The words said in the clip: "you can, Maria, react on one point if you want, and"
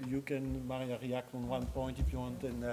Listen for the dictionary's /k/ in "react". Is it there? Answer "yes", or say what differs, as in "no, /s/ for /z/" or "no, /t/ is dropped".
yes